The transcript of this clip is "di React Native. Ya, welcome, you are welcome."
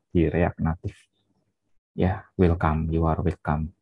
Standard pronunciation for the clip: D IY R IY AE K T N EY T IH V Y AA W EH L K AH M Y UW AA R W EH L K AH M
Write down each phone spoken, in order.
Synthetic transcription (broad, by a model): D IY R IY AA K N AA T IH F Y AA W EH L K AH M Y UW AA R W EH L K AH M